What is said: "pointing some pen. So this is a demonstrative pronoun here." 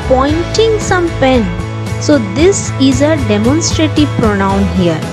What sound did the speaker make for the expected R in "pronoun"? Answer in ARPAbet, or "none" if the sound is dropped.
R